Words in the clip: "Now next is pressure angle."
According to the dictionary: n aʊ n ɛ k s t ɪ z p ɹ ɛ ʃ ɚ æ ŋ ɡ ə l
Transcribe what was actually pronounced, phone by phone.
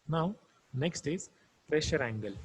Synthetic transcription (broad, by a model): n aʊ n ɛ k s t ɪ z p ɹ ɛ ʃ ɚ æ ŋ ɡ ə l